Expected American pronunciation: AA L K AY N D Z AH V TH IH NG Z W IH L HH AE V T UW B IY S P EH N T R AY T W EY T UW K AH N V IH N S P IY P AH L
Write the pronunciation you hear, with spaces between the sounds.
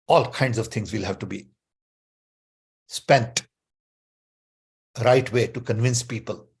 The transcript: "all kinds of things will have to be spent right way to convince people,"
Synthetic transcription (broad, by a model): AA L K AY N D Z AH V T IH NG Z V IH L HH AE V T UW B IY S P EH N T R AY T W EY T UW K AH N V IH N S P IY P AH L